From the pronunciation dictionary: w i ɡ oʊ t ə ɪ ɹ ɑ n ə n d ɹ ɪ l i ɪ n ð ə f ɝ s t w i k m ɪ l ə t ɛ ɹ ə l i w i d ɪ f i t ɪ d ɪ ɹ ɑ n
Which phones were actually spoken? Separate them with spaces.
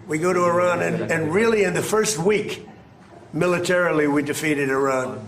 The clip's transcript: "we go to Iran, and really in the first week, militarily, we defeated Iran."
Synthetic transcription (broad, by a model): w i ɡ oʊ t ə ɪ ɹ ɑ n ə n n ɹ ɪ l i ɪ n ð ə f ɝ s t w i k m ɪ l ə t ɛ ɹ l i w i d ɪ f i t ɪ d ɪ ɹ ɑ n